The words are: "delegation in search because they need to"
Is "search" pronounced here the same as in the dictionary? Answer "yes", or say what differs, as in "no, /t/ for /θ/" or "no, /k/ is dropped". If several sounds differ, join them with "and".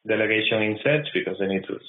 no, /s/ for /tʃ/